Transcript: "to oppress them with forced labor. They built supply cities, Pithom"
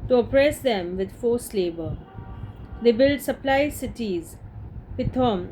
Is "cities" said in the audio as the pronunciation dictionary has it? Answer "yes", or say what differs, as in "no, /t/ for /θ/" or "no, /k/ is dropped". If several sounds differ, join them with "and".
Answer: yes